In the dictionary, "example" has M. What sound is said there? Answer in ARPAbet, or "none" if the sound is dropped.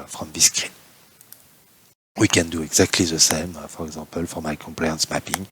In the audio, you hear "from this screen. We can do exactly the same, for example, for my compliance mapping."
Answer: none